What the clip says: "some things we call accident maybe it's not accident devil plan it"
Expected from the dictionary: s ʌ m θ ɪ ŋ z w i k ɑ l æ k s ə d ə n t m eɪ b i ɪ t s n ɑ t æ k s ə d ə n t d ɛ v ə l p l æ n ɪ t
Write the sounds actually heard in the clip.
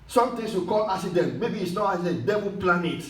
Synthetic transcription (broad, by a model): s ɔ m t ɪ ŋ s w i k ɑ l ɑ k s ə d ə n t m eɪ b i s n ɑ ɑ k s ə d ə n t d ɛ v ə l p l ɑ n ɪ t